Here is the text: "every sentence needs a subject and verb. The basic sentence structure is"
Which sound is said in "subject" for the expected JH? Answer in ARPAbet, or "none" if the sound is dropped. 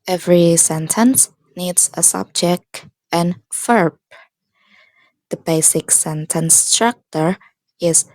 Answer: JH